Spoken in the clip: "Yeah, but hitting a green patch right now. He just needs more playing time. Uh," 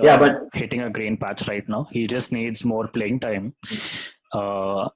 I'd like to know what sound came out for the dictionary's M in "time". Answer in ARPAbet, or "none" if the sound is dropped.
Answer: M